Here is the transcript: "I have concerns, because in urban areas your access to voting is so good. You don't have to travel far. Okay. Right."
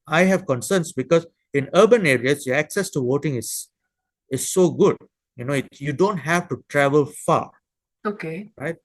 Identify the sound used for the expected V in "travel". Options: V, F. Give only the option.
V